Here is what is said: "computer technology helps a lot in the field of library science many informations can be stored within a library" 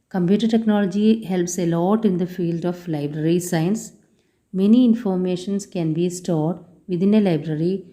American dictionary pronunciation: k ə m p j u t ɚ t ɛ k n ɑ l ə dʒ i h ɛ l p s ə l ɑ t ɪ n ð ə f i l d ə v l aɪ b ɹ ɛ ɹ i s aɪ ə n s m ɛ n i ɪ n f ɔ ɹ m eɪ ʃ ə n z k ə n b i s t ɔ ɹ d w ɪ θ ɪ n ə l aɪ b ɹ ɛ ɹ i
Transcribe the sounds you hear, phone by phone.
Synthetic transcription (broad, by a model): k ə m p j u t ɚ t ɛ k n ɑ l ə dʒ i h ɛ l p s ə l ɑ t ɪ n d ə f i l d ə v l aɪ b ɹ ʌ ɹ i s aɪ ə n s m ɛ n i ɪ n f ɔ ɹ m eɪ ʃ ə n s k ə n b i s t ɔ ɹ d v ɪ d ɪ n ə l aɪ b ɹ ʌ ɹ i